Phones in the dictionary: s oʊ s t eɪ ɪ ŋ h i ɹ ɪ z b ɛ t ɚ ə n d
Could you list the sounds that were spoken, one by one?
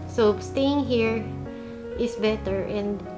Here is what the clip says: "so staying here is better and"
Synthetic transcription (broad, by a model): s oʊ s t eɪ ɪ ŋ h i ɹ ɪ s b ɛ t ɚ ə n d